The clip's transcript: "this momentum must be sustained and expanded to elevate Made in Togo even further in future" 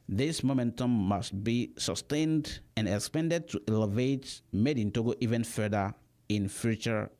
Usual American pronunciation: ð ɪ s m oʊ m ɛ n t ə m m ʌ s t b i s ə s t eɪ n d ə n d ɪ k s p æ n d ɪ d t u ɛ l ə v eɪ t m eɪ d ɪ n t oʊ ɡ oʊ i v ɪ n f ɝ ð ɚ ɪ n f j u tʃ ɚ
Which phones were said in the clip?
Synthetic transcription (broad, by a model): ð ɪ s m oʊ m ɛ n t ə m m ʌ s t b i s ə s t eɪ n d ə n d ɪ k s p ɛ n d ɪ d t u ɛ l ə v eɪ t m eɪ d ɪ n t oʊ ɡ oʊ i v ɪ n f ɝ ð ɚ ɪ n f j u tʃ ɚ